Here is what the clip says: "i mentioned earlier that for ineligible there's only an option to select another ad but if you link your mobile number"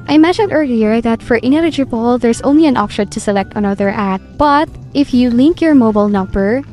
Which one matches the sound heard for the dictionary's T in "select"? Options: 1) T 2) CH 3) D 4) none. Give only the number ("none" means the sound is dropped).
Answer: 1